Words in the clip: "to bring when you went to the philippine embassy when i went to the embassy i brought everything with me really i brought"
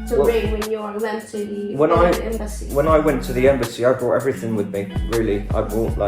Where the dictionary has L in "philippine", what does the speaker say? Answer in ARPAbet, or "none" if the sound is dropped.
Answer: N